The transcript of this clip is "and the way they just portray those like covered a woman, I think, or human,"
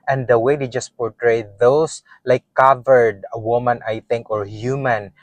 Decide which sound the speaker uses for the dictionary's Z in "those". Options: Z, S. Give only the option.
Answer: S